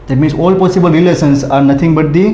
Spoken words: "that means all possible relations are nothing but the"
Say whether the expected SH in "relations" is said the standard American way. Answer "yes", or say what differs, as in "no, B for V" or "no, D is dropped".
no, S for SH